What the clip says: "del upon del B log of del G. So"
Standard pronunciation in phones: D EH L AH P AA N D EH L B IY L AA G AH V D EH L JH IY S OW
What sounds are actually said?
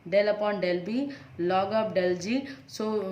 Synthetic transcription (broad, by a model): D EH L AH P AA N D EH L B IY L AA G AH P D EH L JH IY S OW